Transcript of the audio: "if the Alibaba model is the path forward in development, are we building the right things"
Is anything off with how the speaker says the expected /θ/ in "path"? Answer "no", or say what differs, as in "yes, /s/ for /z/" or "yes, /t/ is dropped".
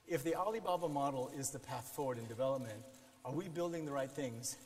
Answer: no